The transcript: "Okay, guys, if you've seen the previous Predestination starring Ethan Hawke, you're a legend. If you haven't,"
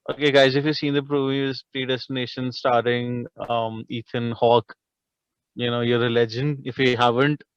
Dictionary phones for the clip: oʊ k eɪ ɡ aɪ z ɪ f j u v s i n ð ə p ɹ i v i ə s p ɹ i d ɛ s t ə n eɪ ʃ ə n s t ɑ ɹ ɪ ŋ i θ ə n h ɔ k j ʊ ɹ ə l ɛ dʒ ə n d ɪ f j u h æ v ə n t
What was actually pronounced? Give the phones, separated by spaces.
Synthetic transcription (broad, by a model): oʊ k eɪ ɡ aɪ z ɪ f j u s i n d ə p ɹ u b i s p ɹ i d ɛ s t ə n eɪ ʃ ə n s t ɑ ɹ ɪ ŋ i t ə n h ɔ k j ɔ ɹ ə l ɛ dʒ ə n d ɪ f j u h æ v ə n t